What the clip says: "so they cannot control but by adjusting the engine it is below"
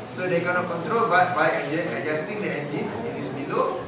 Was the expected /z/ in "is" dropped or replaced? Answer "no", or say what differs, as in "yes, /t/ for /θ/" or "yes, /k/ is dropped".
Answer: yes, /s/ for /z/